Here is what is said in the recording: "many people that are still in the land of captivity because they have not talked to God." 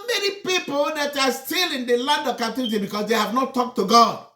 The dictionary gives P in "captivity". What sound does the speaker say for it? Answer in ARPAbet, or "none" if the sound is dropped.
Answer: none